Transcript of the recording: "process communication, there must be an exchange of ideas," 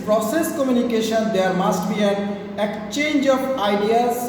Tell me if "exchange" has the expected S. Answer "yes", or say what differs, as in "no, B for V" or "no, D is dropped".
no, S is dropped